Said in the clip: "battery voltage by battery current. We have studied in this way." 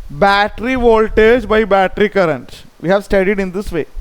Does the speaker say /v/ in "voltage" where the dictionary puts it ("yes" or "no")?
yes